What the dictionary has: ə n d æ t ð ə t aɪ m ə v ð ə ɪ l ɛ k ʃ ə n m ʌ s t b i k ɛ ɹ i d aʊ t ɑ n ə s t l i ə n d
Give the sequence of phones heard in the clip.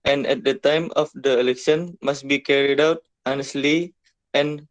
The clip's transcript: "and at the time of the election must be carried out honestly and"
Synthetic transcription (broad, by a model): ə n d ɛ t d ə t aɪ m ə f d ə ɪ l ɛ k ʃ ə n m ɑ s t b i k ɛ ɹ i d aʊ t ɑ n ə s t l i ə n